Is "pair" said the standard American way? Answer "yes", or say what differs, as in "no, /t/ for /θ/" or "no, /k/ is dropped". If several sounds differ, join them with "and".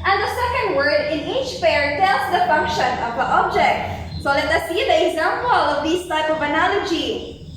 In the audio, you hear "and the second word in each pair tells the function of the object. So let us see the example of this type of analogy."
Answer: no, /f/ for /p/